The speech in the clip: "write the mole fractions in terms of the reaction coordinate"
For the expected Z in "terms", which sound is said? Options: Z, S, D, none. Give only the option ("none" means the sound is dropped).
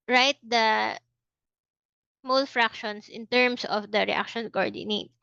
S